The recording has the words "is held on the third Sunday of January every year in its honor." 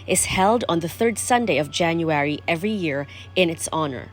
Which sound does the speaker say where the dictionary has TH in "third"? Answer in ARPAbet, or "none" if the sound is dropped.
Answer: TH